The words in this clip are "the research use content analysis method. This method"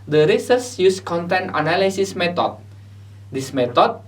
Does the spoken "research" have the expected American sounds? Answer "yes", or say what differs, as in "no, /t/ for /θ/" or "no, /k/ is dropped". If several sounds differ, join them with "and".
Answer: no, /s/ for /tʃ/